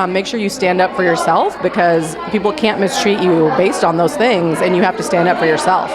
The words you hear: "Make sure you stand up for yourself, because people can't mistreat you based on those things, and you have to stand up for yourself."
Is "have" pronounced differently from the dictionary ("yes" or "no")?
yes